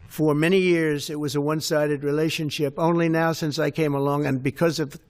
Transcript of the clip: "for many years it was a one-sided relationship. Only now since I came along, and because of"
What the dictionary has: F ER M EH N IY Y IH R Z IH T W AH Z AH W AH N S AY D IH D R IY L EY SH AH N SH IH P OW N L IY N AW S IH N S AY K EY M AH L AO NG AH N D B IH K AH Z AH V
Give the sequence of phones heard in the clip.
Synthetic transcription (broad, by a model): F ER M EH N IY Y IH R Z IH T W AH Z AH W AH N S AY D IH D R IY L EY SH AH N SH IH P OW N L IY N AW S IH N S AY K EY M AH L AO NG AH N B IH K AH Z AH V